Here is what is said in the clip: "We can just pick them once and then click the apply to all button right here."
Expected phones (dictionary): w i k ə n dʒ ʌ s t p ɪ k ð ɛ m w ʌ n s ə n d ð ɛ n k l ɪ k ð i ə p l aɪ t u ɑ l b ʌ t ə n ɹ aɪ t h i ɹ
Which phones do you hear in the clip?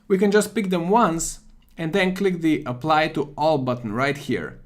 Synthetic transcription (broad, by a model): w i k ə n dʒ ʌ s t p ɪ k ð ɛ m w ʌ n s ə n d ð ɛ n k l ɪ k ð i ə p l aɪ t u ɑ l b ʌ t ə n ɹ aɪ t h i ɹ